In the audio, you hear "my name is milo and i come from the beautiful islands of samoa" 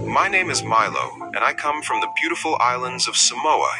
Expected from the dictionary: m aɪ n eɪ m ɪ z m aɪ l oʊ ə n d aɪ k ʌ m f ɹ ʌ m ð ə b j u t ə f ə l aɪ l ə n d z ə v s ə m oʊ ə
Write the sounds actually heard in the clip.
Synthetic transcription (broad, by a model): m aɪ n eɪ m ɪ z m aɪ l oʊ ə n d aɪ k ʌ m f ɹ ʌ m ð ə b j u t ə f l aɪ l ə n d z ə v s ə m oʊ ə